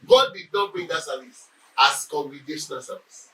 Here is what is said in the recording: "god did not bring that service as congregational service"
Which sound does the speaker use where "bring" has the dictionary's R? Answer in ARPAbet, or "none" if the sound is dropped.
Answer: none